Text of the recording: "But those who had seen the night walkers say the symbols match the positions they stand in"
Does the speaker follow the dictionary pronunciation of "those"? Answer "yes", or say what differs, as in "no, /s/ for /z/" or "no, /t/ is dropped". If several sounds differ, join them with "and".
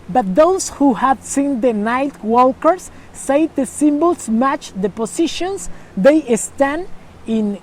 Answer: no, /s/ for /z/